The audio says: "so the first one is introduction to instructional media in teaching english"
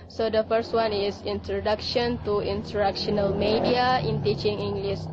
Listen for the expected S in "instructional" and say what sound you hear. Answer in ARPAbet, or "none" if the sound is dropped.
none